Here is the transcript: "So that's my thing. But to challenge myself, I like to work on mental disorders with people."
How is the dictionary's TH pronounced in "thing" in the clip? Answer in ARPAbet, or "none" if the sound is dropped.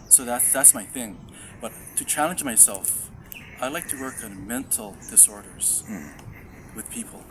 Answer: TH